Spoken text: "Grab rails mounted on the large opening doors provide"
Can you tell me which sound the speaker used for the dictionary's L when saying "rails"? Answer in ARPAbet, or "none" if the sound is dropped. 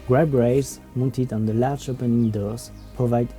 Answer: none